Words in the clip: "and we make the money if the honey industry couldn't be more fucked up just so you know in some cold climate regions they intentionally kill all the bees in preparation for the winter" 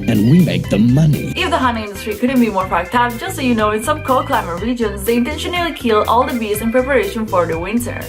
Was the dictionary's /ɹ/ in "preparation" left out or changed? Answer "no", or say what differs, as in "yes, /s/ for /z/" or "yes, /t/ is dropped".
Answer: no